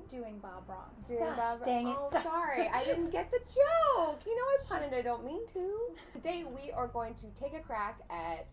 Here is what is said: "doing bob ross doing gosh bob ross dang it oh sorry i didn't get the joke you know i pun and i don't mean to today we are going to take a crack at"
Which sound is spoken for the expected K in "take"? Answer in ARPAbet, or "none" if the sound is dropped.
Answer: K